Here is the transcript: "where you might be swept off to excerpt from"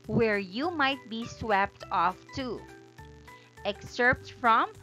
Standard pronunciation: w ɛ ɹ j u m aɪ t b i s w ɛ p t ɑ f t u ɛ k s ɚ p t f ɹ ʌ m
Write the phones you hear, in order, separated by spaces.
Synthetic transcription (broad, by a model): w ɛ ɹ j u m aɪ t b i s w ɛ p t ɑ f t u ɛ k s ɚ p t f ɹ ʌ m